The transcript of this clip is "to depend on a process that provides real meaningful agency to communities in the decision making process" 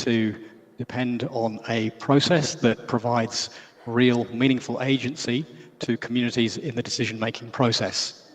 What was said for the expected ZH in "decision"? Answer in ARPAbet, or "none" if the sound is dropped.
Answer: ZH